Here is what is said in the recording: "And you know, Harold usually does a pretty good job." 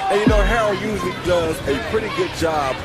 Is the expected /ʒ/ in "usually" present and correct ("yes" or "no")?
no